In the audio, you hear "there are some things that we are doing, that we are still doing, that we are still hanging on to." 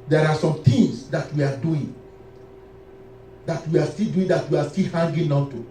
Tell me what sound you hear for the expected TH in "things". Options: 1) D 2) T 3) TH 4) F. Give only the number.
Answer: 2